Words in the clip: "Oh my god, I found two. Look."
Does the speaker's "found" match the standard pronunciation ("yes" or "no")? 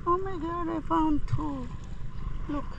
no